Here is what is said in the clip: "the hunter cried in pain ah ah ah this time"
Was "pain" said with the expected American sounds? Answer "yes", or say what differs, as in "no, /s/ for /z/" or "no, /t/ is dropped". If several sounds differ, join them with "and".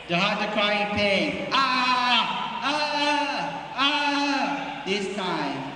no, /n/ is dropped